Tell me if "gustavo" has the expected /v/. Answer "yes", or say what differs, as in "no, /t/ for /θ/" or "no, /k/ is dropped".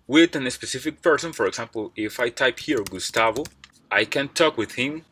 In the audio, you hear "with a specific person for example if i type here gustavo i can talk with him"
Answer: yes